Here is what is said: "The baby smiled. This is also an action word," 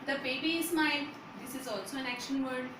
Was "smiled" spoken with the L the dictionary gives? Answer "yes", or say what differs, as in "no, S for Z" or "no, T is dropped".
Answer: no, L is dropped